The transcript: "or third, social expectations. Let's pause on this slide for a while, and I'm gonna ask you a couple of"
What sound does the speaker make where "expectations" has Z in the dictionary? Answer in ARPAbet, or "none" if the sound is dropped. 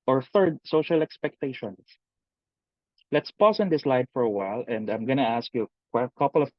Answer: S